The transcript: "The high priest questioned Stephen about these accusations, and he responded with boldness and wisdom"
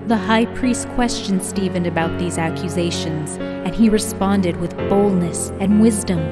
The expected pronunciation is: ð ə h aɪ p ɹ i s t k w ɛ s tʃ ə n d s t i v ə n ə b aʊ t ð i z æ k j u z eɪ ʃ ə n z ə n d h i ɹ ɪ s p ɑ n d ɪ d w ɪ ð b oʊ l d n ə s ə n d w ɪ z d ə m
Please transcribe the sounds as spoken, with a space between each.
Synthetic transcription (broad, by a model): ð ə h aɪ p ɹ i s t k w ɛ s tʃ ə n s t i v ə n ə b aʊ t ð i z æ k j u z eɪ ʃ ə n z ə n i ɹ ɪ s p ɑ n d ɪ d w ɪ ð b oʊ l d n ə s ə n w ɪ z d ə m